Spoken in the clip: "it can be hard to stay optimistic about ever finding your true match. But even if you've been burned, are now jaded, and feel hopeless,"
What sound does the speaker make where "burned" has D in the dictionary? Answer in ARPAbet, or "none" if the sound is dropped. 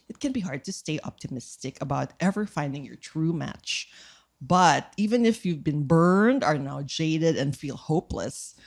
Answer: D